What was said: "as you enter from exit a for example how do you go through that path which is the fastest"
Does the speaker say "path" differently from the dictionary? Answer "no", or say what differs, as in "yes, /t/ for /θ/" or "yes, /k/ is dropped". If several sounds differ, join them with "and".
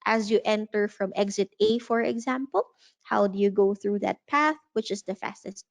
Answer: no